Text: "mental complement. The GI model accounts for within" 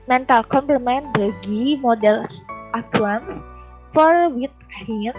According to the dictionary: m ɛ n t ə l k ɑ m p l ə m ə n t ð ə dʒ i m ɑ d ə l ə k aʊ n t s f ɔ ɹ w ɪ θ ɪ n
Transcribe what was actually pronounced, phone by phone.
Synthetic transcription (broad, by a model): m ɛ n t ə l k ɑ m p ə m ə n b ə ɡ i m ɑ d ə l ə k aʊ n s f ɔ ɹ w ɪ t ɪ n